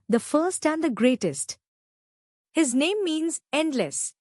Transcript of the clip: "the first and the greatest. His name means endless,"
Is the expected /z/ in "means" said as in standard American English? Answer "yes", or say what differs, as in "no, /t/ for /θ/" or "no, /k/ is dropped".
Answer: yes